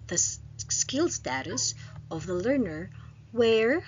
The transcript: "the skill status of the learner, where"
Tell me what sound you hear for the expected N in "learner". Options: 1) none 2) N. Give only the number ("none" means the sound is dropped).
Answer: 2